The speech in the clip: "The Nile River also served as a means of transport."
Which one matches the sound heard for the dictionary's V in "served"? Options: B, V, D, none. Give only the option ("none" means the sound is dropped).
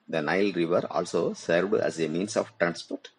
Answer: V